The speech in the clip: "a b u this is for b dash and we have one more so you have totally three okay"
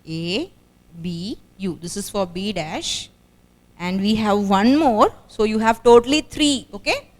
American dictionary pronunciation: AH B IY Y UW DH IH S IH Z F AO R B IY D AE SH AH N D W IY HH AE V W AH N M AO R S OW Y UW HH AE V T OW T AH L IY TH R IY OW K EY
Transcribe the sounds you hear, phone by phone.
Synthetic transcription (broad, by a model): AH B IY Y UW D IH S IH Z F AO R B IY D AE SH AH N D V IY HH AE V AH N M AO R S OW Y UW HH AE V T OW T AH L IY T R IY OW K EY